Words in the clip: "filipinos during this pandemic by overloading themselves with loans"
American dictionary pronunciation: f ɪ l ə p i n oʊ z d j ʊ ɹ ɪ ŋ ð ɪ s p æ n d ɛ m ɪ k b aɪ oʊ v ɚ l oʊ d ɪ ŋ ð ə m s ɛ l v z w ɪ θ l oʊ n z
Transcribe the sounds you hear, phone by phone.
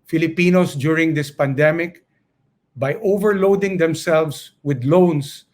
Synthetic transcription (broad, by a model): f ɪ l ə p i n oʊ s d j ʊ ɹ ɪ ŋ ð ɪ s p æ n d ɛ m ɪ k b aɪ oʊ v ɚ l oʊ d ɪ ŋ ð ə m s ɛ l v s w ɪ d l oʊ n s